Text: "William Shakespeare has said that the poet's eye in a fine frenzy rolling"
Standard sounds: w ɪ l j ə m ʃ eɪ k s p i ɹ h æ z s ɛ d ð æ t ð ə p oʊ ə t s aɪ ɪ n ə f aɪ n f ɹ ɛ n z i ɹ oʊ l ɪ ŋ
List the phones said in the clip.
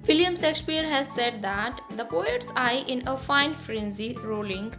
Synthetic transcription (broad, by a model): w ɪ l j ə m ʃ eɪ k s p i ɹ h æ z s ɛ d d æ t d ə p oʊ ə t s aɪ ɪ n ə f aɪ n f ɹ ɛ n z i ɹ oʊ l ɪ ŋ